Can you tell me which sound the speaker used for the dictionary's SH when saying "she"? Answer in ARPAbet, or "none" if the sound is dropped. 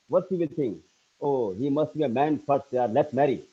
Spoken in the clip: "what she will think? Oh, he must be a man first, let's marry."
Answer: S